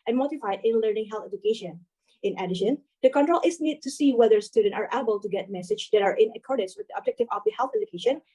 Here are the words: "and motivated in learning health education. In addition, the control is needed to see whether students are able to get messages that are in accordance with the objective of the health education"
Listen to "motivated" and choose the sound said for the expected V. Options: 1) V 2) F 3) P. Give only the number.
2